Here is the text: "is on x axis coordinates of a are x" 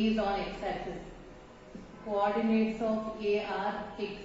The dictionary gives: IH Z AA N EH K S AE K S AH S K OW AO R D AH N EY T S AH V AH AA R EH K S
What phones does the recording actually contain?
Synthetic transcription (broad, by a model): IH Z AA N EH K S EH S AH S K OW AO R D AH N EY T S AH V AH AA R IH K